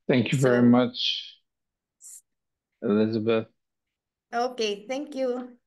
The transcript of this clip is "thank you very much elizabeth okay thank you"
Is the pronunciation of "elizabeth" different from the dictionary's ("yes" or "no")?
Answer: no